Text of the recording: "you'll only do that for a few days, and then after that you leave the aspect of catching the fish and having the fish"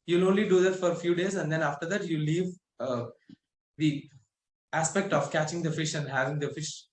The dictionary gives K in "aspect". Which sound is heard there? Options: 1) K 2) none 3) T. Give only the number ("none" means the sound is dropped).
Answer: 1